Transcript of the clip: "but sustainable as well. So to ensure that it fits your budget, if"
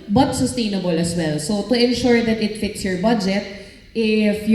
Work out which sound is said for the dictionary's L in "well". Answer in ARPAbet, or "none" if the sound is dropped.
L